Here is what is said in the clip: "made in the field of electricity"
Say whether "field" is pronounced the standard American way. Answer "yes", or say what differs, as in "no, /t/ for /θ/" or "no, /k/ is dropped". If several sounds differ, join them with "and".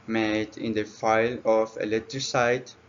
no, /d/ is dropped